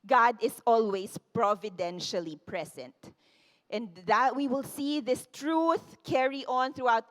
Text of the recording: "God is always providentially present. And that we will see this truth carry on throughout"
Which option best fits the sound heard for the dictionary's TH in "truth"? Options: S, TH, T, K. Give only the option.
TH